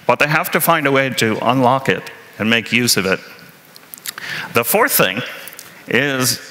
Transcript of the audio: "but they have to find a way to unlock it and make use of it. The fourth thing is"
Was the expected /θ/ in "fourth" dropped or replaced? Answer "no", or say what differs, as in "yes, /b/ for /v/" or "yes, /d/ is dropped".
no